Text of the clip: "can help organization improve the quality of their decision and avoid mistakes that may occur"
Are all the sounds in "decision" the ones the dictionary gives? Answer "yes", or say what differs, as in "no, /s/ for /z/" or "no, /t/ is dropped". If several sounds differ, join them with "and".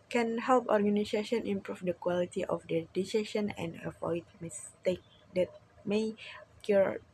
no, /ʃ/ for /ʒ/